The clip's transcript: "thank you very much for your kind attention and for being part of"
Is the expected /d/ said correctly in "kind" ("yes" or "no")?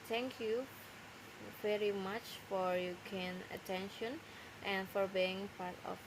no